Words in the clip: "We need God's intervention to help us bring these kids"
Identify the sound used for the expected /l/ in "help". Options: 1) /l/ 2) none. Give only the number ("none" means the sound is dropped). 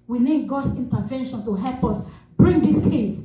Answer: 1